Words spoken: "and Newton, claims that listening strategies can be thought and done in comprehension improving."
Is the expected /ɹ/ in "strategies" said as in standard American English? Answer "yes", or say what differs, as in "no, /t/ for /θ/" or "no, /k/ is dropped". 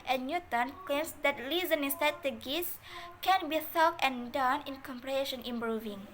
no, /ɹ/ is dropped